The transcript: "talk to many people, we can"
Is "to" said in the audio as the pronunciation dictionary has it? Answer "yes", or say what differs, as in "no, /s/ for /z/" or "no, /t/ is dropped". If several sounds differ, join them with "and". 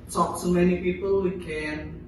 no, /s/ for /t/